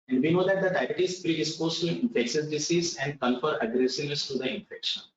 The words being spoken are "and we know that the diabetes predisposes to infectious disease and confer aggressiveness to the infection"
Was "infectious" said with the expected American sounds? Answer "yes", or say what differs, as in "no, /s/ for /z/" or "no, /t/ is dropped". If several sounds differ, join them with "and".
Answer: no, /s/ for /ʃ/